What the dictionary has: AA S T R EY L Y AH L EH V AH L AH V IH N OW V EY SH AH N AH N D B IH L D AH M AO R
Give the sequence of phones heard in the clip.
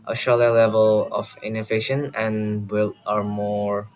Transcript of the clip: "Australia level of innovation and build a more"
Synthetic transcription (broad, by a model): T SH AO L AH L EH V AH L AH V IH N OW V EY SH AH N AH N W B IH L AH M AO R